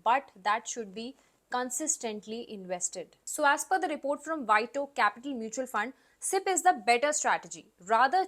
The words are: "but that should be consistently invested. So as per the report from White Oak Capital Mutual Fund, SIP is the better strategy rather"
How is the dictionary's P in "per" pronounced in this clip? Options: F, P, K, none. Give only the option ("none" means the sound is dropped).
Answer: F